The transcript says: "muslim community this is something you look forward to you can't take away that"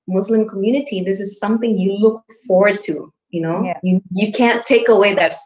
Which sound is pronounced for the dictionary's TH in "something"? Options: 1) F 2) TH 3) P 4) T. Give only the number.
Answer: 2